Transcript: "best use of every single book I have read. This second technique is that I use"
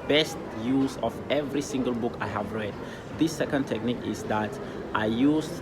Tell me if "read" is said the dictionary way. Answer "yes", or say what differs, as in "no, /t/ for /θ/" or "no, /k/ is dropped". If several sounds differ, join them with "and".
yes